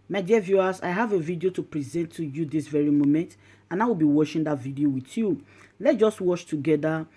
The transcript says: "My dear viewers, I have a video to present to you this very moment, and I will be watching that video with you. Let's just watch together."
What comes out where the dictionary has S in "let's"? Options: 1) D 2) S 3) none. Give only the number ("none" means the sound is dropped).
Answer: 3